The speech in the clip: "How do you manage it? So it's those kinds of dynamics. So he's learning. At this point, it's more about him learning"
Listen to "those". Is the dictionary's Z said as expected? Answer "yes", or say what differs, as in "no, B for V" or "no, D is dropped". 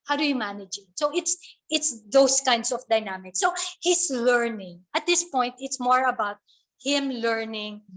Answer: no, S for Z